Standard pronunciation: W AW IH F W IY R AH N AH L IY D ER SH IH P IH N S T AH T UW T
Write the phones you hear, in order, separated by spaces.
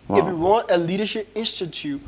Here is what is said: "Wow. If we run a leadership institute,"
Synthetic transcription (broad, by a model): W IH F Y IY W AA N AH L IY D ER SH IH P IH N S T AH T UW T